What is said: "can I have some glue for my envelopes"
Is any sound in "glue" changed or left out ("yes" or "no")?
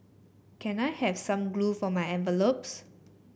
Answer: no